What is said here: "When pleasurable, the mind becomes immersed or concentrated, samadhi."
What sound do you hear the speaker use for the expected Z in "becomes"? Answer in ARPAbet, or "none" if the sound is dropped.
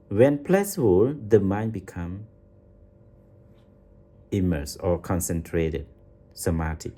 none